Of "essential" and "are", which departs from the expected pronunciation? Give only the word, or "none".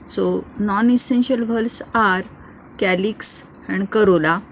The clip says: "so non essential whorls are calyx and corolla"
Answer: none